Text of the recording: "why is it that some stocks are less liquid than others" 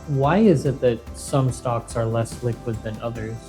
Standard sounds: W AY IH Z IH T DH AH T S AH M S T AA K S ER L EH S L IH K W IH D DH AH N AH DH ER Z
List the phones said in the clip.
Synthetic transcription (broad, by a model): W AY IH Z IH T DH AH T S AH M S T AA K S ER L EH S L IH K W IH D DH AH N AH DH ER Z